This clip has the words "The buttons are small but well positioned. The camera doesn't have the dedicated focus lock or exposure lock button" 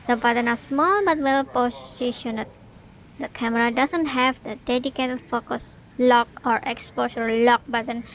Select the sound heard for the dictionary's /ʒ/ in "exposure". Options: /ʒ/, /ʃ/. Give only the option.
/ʃ/